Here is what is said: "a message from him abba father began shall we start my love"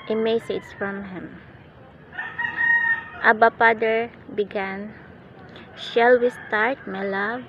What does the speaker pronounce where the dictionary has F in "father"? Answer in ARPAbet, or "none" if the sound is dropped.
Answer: P